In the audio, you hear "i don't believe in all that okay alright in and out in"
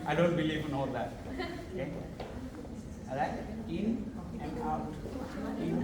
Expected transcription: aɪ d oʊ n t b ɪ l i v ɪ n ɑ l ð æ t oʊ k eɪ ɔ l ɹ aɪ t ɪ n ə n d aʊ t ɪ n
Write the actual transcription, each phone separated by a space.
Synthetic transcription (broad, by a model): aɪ d oʊ n t b ɪ l i v ɪ n ɑ l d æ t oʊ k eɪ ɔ ɹ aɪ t ɪ n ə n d aʊ t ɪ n